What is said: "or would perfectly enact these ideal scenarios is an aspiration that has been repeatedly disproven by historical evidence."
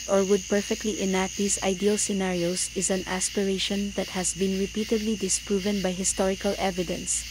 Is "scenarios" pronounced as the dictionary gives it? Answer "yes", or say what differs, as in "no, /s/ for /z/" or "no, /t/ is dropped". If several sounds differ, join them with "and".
no, /s/ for /z/